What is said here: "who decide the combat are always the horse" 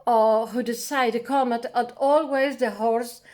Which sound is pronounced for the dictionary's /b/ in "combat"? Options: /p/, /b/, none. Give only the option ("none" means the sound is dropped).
none